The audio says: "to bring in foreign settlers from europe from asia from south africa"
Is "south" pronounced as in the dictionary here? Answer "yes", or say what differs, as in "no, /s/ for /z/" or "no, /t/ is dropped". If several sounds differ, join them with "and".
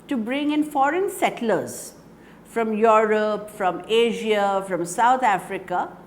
no, /t/ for /θ/